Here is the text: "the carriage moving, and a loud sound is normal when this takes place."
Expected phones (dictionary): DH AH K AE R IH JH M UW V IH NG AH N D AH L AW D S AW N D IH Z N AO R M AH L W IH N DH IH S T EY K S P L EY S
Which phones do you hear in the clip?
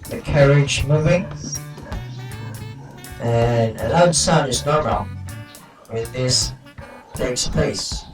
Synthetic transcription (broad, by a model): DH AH K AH R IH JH M UW V IH NG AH N AH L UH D S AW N IH Z N AO R M AH L W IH DH IH S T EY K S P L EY S